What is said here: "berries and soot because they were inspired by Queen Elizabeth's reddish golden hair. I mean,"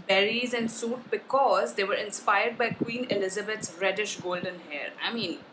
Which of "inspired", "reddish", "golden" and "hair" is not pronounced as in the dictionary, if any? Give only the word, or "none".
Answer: none